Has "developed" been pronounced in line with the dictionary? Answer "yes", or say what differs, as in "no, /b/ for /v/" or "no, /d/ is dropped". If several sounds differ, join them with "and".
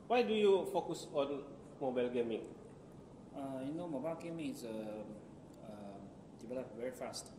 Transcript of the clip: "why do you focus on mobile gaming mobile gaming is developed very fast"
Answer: no, /b/ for /v/